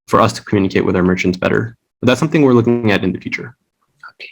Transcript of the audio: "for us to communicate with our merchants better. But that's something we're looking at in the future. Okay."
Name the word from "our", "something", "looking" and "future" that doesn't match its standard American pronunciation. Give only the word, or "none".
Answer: none